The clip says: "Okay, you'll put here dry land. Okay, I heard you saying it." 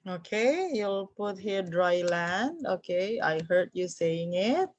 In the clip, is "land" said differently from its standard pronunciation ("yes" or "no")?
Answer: no